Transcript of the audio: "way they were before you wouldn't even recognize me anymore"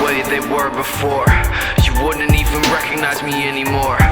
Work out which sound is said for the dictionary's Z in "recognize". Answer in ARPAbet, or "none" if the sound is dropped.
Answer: Z